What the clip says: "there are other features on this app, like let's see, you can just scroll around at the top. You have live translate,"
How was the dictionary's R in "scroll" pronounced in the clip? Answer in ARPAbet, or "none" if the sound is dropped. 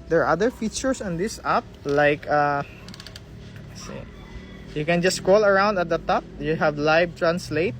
R